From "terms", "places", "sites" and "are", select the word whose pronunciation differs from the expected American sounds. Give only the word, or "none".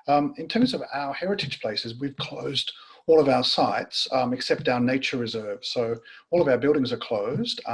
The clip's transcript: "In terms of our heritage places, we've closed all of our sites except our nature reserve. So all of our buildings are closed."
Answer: none